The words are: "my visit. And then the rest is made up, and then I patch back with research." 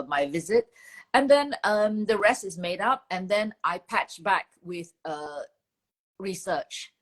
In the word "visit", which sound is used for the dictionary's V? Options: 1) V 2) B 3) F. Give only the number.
1